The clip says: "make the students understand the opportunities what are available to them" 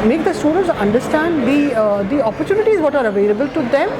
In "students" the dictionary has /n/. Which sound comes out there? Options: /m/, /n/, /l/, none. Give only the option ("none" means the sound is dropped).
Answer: none